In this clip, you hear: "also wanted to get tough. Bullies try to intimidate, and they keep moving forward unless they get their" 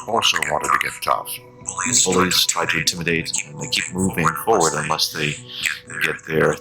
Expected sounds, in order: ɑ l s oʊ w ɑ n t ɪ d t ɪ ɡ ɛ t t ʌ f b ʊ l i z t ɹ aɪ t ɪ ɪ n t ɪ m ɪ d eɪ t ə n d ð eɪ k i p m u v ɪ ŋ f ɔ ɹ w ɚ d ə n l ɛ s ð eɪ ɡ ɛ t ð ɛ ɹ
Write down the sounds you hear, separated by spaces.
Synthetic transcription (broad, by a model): ɑ l s oʊ w ɑ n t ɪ d t ɪ ɡ ɛ t t ʌ f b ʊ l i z t ɹ aɪ t ɪ ɪ n t ɪ m ɪ d eɪ t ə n ð eɪ k i p m u v ɪ ŋ f ɔ ɹ w ɚ d ə n l ɛ s ð eɪ ɡ ɛ t ð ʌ ɹ